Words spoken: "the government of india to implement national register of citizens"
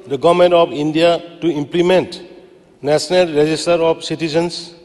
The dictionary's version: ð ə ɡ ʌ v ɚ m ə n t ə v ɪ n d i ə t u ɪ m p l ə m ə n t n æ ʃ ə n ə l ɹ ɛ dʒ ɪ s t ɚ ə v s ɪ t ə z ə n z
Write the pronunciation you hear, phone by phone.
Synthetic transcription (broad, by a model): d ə ɡ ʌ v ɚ m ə n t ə p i n d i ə t u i m p l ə m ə n t n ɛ s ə n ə l ɹ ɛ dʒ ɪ s t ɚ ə p s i t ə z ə n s